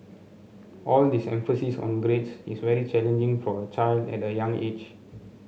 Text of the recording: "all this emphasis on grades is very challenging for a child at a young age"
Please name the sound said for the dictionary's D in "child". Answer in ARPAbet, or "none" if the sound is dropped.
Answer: D